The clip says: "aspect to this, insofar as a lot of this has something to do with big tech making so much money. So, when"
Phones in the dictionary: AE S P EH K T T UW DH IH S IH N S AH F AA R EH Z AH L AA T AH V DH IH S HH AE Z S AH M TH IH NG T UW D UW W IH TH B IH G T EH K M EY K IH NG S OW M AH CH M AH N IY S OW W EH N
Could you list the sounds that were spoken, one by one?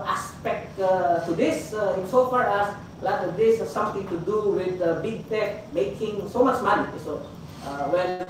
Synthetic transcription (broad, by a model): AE S P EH K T T UW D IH S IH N S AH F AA R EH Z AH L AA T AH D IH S S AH M T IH NG T UW D UW W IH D B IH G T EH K M EY K IH NG S OW M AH CH M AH N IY S OW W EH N